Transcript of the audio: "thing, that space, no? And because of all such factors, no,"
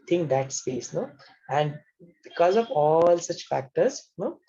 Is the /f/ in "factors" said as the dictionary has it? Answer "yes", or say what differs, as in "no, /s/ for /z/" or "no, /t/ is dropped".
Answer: yes